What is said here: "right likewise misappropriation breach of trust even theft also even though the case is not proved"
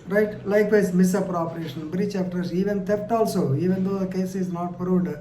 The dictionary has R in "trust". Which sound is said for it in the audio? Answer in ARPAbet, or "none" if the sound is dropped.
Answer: none